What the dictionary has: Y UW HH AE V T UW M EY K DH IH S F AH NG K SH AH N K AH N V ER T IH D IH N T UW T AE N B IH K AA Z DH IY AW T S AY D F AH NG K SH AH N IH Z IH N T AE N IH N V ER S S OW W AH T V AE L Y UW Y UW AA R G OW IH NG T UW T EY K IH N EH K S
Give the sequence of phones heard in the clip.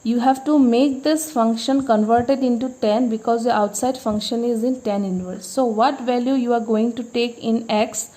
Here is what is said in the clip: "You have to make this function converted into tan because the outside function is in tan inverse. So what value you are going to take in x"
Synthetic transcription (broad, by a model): Y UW HH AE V T UW M EY K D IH S F AH NG K SH AH N K AH N V ER T IH D IH N T UW T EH N B IH K AA Z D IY AW T S AY D F AH NG K SH AH N IH Z IH N T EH N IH N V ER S S OW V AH T V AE L Y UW Y UW AA R G OW IH NG T UW T EY K IH N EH K S